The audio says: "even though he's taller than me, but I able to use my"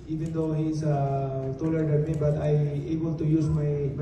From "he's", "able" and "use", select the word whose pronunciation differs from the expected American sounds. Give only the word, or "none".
he's